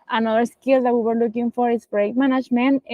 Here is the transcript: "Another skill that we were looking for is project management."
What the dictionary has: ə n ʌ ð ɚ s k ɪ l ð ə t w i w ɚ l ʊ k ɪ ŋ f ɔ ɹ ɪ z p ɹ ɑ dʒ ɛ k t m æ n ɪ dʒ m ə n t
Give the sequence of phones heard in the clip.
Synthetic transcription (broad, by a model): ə n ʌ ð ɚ s k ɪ l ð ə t w i w ɚ l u k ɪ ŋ f ɔ ɹ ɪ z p ɹ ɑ ɛ k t m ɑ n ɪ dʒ m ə n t